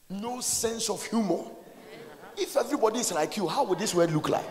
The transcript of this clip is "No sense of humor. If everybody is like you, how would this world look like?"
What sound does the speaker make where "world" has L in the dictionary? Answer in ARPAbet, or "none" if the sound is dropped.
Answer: none